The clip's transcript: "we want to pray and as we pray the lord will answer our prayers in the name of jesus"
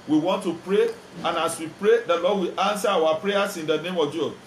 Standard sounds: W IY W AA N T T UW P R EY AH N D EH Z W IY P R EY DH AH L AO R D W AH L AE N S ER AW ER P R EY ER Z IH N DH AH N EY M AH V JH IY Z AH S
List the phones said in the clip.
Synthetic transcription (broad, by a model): W IY W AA N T T UW P R EY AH N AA S W IY P R EY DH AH L AO D W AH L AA N S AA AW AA P R EY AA S IH N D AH N EY M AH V JH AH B